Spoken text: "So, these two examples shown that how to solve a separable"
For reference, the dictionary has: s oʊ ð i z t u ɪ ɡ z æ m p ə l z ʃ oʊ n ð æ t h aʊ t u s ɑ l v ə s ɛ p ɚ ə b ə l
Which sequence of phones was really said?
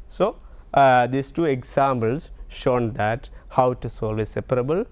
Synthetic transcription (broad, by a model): s oʊ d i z t u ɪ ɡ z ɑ m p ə l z ʃ oʊ n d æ t h aʊ t u s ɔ l ə s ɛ p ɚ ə b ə l